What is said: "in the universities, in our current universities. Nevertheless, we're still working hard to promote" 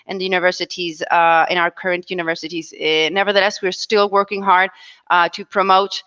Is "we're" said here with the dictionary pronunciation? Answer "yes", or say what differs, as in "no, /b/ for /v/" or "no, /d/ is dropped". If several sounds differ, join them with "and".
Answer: yes